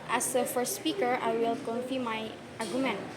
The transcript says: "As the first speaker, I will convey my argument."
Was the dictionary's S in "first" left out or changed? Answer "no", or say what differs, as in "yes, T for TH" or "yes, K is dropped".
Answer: no